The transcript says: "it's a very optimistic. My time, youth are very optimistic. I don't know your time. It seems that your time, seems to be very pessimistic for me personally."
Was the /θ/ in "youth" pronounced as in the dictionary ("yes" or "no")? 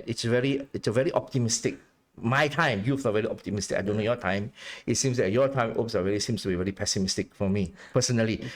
no